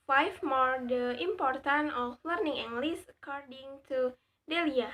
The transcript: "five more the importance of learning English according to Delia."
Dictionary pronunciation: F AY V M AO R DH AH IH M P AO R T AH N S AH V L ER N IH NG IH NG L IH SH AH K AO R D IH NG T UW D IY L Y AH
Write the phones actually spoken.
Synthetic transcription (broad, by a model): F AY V M AO R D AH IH M P AO R T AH N AH F L ER N IH NG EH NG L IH S AH K AO R D IH NG T UW D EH L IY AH